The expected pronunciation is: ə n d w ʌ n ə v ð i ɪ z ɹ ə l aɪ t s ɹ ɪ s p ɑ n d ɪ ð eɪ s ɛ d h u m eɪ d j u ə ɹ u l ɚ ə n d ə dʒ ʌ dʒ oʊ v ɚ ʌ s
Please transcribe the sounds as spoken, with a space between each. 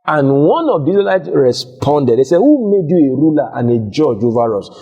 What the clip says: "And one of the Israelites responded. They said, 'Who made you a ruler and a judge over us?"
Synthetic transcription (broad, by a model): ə n w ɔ n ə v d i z ə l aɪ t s ɹ ɪ s p ɑ n d ɪ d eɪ s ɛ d h u m eɪ d j u ə ɹ u l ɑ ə n ə dʒ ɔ dʒ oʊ v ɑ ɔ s